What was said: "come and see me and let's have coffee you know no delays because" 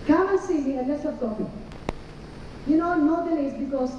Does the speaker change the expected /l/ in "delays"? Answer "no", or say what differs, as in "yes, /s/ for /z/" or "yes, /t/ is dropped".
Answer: yes, /n/ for /l/